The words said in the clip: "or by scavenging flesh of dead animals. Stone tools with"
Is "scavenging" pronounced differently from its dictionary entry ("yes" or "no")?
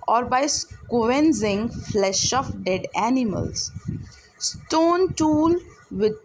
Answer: yes